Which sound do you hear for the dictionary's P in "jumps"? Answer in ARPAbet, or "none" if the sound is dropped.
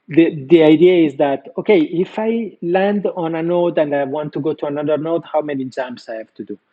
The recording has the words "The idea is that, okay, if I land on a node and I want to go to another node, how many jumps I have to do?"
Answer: none